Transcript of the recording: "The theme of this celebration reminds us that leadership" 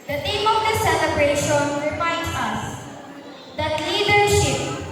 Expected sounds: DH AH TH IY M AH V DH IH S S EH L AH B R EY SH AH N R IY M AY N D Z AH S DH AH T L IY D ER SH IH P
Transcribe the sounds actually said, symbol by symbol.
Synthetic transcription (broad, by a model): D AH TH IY M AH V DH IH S S EH L AH B R EY SH AH N R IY M AY N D S AH S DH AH T L IY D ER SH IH P